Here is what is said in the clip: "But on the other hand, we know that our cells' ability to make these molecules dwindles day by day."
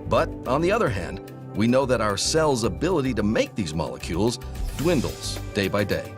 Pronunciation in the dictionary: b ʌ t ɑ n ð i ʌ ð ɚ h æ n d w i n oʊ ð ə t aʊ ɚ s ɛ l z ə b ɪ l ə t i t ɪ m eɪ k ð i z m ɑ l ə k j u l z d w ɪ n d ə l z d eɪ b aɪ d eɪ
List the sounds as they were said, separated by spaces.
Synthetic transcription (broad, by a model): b ʌ t n ð i ʌ ð ɚ h æ n d w i n oʊ ð ə t aʊ ɚ s ɛ l z ə b ɪ l ə t i t ɪ m eɪ k ð i z m ɑ l ə k j u l z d w ɪ n d l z d eɪ b aɪ d eɪ